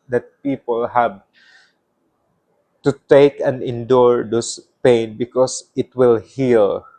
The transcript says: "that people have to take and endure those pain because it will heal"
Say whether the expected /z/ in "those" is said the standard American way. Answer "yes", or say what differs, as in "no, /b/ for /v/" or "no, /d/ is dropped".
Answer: no, /s/ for /z/